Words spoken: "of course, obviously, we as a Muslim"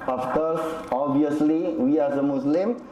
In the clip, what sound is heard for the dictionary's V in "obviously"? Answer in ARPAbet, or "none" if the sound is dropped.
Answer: none